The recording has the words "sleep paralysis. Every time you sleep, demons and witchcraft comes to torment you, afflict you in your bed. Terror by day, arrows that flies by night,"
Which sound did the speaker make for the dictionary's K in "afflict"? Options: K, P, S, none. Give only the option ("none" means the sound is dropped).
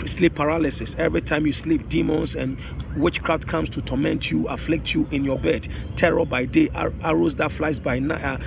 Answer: K